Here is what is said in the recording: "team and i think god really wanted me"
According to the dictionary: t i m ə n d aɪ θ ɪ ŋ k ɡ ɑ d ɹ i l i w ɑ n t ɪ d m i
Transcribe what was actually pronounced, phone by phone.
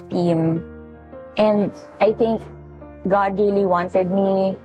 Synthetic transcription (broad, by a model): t i m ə n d aɪ t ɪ ŋ k ɡ ɑ d ɹ i l i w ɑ n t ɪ d m i